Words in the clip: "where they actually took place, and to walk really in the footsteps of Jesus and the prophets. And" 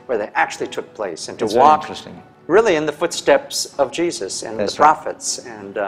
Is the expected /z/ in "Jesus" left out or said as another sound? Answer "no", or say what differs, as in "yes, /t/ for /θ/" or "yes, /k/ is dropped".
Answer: no